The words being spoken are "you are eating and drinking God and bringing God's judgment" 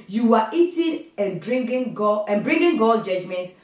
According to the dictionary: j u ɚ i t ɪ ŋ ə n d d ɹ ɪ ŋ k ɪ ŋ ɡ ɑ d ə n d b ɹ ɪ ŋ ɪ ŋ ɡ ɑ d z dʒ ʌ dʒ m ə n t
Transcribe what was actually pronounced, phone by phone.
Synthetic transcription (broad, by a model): j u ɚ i t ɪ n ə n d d ɹ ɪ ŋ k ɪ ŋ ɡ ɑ ə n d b ɹ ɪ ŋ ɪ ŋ ɡ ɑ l dʒ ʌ dʒ m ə n t